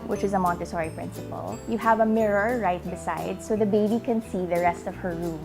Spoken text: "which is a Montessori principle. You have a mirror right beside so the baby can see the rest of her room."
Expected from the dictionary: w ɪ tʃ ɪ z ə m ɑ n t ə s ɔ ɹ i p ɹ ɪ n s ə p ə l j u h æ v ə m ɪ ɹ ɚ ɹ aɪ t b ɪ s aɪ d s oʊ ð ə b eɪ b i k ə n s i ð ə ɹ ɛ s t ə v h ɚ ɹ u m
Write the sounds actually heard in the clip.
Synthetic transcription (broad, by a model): w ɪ tʃ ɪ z ə m ɑ n t ə s ɔ ɹ i p ɹ ɪ n s ə p ə l j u h æ v ə m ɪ ɹ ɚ ɹ aɪ t b ɪ s aɪ d s oʊ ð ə b eɪ b i k ə n s i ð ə ɹ ɛ s t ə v h ɚ ɹ u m